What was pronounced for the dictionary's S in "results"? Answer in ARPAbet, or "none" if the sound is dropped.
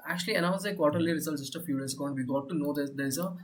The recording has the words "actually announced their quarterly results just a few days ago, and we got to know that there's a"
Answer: none